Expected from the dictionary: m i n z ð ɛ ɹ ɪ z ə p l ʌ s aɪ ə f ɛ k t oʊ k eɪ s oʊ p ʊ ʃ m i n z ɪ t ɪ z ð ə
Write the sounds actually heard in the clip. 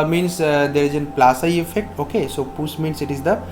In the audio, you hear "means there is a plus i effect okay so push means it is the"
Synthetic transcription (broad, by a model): m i n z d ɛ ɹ ɪ z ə p l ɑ s aɪ ə f ɛ k t oʊ k eɪ s oʊ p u s m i n s ɪ t ɪ z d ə